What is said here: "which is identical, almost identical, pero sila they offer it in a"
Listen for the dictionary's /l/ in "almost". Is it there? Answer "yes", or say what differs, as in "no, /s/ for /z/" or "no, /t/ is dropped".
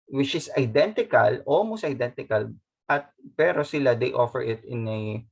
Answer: no, /l/ is dropped